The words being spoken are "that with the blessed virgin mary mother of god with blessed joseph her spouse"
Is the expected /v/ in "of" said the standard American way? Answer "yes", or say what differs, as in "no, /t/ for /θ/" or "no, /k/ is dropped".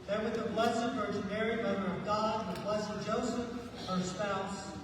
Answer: yes